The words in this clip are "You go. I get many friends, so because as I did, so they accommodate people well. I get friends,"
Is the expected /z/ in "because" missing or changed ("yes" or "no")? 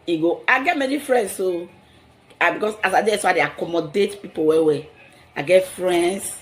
yes